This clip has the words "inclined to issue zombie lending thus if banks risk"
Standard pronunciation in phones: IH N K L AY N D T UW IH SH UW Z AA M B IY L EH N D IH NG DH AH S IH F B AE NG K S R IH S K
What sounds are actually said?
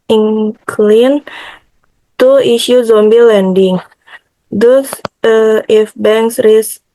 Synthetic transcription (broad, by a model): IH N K L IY N T UW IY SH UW Z AA M B IY L EH N D IH NG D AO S IH F B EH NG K S R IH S